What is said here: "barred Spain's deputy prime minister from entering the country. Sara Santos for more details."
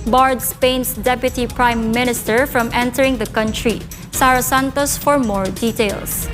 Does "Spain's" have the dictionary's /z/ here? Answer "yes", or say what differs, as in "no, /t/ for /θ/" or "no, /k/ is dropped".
no, /s/ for /z/